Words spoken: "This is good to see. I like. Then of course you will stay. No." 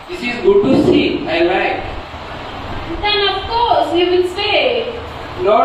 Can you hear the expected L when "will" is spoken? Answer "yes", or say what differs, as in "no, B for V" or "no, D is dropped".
no, N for L